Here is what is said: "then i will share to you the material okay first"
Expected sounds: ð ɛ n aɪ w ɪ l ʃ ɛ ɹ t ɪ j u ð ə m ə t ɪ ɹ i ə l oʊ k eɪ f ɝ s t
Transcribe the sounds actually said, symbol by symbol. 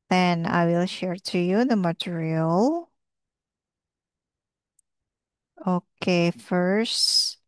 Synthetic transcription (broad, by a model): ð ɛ n aɪ w ɪ l ʃ ɛ ɹ t ɪ j u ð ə m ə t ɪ ɹ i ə l oʊ k eɪ f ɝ s t